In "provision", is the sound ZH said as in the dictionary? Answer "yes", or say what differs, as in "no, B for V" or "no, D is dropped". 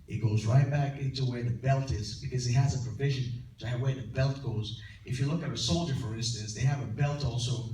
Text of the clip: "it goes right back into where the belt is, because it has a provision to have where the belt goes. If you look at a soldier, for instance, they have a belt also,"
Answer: yes